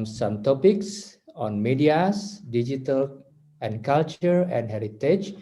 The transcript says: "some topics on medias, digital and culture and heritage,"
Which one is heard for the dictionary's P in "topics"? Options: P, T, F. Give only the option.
P